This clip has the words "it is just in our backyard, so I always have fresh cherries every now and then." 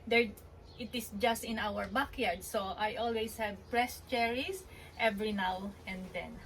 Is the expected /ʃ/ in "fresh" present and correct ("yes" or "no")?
no